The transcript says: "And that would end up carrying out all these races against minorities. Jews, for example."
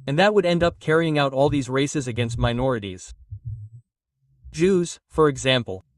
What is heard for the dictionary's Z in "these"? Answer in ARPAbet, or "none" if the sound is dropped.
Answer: Z